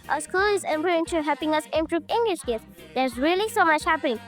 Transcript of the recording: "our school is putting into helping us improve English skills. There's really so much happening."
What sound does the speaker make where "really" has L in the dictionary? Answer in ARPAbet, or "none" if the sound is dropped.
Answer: L